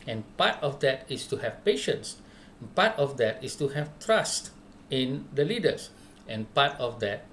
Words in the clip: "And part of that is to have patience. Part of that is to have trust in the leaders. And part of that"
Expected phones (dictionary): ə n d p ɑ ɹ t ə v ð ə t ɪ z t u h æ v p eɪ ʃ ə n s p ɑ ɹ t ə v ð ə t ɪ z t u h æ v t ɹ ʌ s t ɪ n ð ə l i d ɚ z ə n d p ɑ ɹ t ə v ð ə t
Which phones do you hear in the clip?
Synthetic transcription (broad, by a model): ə n p ɑ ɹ t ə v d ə t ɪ s t u h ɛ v p eɪ ʃ ə n s p ɑ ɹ t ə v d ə t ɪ s t u h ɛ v t ɹ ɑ s t ɪ n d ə l i d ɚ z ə n p ɑ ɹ t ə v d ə t